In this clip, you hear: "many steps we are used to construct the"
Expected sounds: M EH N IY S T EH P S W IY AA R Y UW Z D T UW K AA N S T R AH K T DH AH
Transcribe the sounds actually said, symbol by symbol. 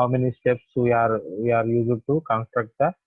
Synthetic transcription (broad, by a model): M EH N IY S T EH P S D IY AA R Y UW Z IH T UW K AA N S T R AH K T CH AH